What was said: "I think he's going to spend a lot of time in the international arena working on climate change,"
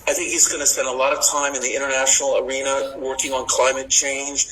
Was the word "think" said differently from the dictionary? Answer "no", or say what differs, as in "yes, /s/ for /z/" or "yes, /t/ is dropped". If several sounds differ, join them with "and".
no